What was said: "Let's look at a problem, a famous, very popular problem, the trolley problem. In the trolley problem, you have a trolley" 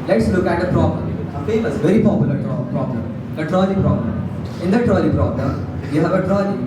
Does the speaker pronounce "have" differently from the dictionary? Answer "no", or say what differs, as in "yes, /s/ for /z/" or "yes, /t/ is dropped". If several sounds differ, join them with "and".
no